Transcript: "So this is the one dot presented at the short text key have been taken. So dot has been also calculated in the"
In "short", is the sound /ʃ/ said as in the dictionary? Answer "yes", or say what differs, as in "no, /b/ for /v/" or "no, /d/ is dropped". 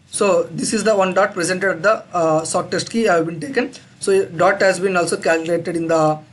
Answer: no, /s/ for /ʃ/